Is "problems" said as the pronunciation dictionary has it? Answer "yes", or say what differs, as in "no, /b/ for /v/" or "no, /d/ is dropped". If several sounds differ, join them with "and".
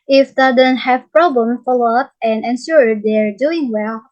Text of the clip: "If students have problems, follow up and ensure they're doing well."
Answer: no, /z/ is dropped